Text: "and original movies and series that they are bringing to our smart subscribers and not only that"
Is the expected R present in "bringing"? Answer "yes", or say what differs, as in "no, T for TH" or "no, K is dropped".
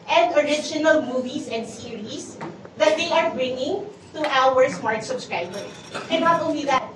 yes